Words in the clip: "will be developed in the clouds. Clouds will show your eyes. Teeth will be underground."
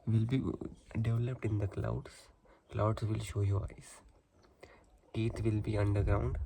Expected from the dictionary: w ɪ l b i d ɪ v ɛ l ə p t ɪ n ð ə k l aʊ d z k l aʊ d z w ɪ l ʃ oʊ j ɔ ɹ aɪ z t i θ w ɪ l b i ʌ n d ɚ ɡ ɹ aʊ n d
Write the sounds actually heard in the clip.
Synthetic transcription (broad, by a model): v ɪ l b i d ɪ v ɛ l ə p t ɪ n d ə k l aʊ d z k l aʊ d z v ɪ l ʃ oʊ j ɔ ɹ aɪ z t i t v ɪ l b i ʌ n d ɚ ɡ ɹ aʊ n d